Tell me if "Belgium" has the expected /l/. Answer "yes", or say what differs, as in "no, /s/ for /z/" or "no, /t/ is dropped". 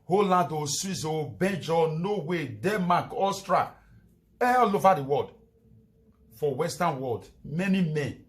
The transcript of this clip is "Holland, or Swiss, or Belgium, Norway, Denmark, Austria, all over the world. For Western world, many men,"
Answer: no, /n/ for /l/